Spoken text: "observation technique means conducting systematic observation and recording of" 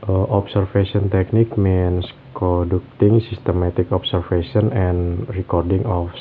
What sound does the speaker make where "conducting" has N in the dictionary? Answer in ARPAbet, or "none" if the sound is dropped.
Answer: none